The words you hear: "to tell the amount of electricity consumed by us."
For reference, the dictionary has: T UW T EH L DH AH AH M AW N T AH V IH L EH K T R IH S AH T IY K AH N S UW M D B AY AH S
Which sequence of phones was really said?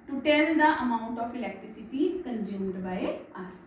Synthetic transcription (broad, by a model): T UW T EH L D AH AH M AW T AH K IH L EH K T R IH S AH T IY K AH N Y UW M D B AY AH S